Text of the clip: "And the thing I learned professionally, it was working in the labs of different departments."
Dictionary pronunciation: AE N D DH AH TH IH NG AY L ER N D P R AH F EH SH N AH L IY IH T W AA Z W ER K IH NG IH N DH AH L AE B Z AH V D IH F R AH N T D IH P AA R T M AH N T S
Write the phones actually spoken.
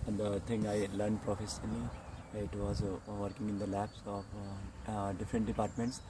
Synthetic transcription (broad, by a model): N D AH T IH NG AY L ER N D P R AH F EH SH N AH L IY IH T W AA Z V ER K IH NG IH N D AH L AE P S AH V D IH F R AH N T D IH P AA R T M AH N T S